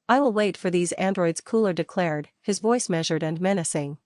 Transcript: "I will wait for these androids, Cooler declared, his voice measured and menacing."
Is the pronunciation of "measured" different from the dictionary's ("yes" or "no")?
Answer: no